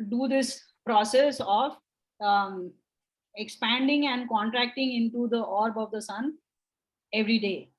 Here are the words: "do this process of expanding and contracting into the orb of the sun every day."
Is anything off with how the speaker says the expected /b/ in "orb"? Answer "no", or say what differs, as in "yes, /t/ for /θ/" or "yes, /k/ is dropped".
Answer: no